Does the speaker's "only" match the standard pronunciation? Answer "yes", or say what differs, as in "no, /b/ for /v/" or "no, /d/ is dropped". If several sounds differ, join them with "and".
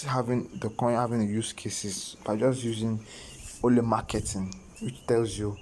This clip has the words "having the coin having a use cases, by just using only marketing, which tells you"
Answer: no, /n/ is dropped